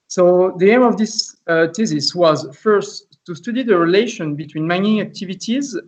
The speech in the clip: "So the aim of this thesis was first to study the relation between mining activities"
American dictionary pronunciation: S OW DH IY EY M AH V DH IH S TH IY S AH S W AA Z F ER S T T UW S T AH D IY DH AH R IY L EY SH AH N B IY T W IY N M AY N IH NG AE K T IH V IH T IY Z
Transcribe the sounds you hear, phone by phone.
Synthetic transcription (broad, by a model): S OW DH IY EY M AH V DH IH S T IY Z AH S W AA Z F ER S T T UW S T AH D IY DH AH R IY L EY SH AH N B IY T W IY N M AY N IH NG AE K T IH V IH T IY Z